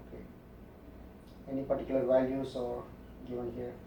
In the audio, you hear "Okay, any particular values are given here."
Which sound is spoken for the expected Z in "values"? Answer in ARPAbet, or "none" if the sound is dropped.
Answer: S